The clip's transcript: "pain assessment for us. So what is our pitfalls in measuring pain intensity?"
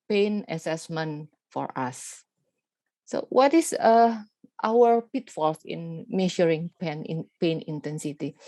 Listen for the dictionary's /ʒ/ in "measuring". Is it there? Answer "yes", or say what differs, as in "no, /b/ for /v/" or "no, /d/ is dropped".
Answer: no, /ʃ/ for /ʒ/